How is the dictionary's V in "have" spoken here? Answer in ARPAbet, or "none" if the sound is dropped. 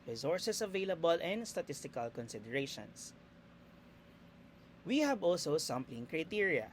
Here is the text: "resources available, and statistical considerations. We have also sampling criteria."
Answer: B